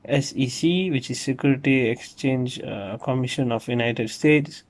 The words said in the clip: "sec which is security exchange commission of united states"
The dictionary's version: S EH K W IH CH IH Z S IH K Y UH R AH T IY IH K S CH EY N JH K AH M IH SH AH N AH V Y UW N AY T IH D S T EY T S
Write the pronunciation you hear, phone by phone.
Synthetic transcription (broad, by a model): S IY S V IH CH IH Z S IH K Y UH R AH T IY IH K S CH EY N JH K AH M IH SH AH N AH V Y UW N AY T IH D S T EY T S